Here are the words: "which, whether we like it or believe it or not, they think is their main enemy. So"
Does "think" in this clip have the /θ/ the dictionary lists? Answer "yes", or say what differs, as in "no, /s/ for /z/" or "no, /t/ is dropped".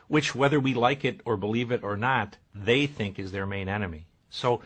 yes